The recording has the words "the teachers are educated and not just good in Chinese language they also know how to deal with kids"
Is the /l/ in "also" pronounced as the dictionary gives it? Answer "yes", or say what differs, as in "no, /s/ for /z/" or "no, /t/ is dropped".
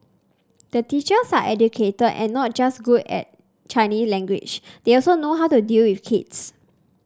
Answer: yes